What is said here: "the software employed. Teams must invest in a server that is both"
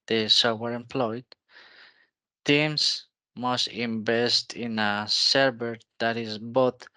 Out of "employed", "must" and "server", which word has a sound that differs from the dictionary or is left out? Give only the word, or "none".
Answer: server